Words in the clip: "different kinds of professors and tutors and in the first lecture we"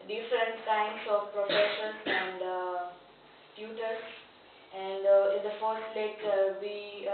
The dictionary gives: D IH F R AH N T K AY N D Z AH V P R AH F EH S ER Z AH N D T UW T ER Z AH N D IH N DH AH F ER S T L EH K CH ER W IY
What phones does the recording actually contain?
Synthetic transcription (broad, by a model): D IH F R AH N T K AY N D S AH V P R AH F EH SH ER S AH N D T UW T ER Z AH N D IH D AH F ER S T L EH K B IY